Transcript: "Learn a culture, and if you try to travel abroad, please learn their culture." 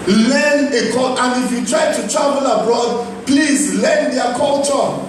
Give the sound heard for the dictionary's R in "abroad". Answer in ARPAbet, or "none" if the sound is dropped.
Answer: R